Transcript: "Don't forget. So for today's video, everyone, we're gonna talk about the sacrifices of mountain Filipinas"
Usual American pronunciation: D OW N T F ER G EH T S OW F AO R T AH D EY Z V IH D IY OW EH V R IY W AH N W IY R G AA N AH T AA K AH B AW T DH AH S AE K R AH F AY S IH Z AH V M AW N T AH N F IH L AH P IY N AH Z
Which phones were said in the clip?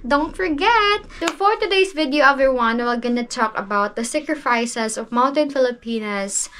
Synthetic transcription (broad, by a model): D OW N T F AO G EH T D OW F AO R T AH D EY S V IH D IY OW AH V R W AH N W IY L G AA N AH T AA K AH B AW T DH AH S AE K R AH F AY S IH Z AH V M AW N T AH N F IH L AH P IY N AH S